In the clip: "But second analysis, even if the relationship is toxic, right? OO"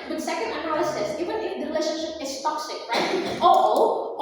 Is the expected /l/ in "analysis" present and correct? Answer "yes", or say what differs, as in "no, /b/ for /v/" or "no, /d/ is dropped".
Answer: no, /l/ is dropped